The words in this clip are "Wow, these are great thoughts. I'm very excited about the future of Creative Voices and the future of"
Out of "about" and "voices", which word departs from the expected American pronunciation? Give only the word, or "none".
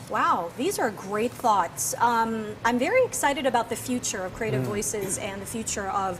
none